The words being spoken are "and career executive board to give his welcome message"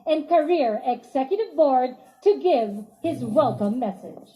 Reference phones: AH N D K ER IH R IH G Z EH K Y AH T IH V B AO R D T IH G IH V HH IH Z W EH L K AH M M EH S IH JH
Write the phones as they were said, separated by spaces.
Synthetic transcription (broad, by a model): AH N K ER IH R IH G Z EH K Y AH T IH V B AO R D T IH G IH V HH IH Z W EH L K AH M M EH S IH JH